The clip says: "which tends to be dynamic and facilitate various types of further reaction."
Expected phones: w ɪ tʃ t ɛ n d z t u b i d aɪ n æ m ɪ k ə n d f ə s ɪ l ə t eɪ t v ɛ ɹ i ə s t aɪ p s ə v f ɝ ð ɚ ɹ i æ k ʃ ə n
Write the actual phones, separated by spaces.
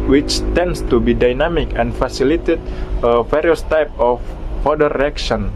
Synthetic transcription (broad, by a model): w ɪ tʃ t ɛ n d s t u b i d aɪ n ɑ m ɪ k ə n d f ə s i l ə t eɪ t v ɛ ɹ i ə s t aɪ p ə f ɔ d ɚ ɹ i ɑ k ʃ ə n